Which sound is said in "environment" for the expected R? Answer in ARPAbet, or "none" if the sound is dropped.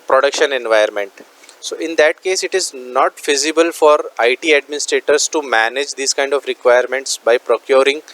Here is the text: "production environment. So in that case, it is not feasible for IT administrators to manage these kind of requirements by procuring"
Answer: none